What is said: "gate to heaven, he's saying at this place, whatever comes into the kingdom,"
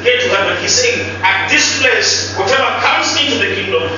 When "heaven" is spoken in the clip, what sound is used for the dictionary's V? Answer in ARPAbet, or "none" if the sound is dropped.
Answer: W